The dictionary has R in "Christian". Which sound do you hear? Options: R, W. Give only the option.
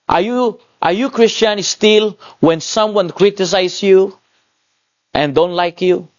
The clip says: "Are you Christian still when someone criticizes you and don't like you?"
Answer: R